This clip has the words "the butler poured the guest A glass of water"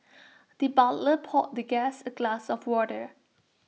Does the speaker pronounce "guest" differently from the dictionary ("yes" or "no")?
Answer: yes